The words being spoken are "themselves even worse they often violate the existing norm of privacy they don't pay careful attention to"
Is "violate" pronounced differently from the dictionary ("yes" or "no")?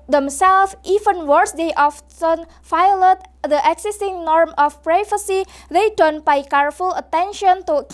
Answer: yes